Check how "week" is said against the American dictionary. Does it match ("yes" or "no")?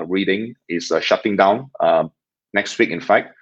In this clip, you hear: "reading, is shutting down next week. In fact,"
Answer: yes